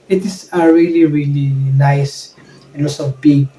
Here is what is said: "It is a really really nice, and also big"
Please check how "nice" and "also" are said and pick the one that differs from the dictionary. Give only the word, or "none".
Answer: also